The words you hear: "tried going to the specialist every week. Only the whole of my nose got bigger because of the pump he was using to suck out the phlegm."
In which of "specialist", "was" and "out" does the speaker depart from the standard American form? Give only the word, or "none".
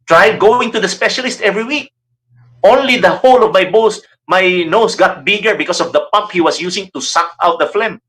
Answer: was